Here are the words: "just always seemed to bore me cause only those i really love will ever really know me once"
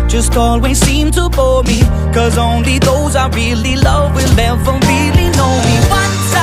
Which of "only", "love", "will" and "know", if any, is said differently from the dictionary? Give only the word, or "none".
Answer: will